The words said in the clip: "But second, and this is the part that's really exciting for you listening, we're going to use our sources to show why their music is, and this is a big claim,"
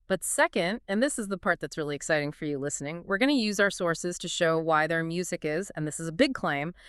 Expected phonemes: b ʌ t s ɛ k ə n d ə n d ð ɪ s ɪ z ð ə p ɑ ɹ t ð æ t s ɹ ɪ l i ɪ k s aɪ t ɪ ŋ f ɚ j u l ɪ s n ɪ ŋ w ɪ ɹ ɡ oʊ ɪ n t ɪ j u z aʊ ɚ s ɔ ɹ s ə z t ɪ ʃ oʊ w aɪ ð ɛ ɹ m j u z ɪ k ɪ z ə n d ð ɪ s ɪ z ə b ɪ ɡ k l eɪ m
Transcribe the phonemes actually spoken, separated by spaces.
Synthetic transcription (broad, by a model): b ʌ t s ɛ k ə n d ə n ð ɪ s ɪ z ð ə p ɑ ɹ t ð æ t s ɹ ɪ l i ɪ k s aɪ t ɪ ŋ f ɚ j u l ɪ s n ɪ ŋ w ɪ ɹ ɡ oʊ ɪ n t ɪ j u z aʊ ɚ s ɔ ɹ s ə z t ɪ ʃ oʊ w aɪ ð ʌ ɹ m j u z ɪ k ɪ z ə n ð ɪ s ɪ z ə b ɪ ɡ k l eɪ m